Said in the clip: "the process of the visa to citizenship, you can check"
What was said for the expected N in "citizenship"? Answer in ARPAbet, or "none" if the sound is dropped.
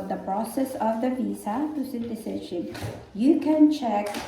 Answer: none